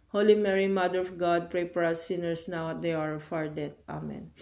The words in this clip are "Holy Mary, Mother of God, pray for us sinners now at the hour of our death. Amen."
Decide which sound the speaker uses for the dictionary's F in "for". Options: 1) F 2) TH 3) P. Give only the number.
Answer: 3